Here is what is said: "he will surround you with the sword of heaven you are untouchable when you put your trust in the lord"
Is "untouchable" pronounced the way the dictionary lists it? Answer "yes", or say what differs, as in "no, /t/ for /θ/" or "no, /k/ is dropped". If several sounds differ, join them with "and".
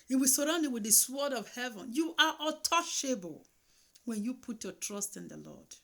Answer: no, /n/ is dropped